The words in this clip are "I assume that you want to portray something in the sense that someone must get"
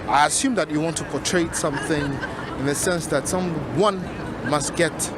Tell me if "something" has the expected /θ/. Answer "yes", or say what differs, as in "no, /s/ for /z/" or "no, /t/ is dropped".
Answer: yes